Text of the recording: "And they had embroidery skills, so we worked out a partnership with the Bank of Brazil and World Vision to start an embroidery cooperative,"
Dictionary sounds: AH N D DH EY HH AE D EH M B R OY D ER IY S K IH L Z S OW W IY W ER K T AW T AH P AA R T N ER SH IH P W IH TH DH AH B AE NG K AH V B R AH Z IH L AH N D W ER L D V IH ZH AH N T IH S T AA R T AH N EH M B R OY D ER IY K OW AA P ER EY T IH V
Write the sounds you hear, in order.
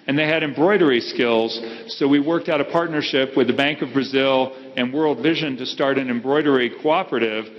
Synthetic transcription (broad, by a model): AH N DH EY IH D EH M B R OY D ER IY S K IH L Z S OW W IY W ER K T AW T AH P AA R T N ER SH IH P W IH DH AH B AE NG K AH V B R AH Z IH L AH N W ER L D V IH ZH AH N T IH S T AA R T AH N EH M B R OY D ER IY K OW AA P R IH T IH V